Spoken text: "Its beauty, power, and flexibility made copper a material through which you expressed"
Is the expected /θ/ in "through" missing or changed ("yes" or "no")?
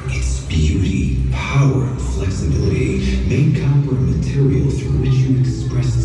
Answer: yes